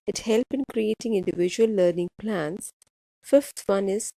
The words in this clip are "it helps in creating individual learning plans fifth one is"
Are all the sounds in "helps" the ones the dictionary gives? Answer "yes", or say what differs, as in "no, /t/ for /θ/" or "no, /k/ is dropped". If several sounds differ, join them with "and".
no, /s/ is dropped